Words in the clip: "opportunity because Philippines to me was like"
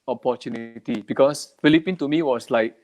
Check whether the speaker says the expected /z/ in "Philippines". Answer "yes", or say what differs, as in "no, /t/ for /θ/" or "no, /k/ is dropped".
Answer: no, /z/ is dropped